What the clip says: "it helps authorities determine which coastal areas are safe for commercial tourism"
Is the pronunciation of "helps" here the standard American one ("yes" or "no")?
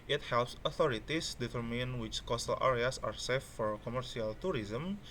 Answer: yes